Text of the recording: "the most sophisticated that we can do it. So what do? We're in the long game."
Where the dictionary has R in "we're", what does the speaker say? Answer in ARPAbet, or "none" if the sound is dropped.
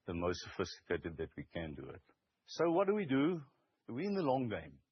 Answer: W